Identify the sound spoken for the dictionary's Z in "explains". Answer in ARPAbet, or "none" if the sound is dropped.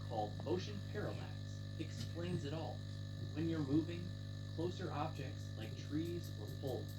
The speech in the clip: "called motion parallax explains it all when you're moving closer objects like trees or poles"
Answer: Z